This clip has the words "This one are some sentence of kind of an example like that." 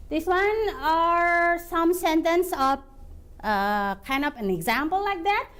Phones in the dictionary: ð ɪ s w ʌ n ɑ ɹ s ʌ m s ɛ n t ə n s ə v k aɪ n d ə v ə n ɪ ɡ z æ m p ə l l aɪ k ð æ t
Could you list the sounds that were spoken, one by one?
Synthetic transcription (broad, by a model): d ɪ s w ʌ n ɑ ɹ s ʌ m s ɛ n t ə n s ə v k aɪ n d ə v ə n ɪ ɡ z æ m p ə l l aɪ k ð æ t